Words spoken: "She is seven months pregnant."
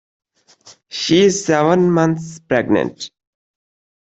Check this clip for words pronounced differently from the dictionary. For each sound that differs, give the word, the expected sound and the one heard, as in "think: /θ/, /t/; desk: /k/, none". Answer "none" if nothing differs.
months: /θ/, /t/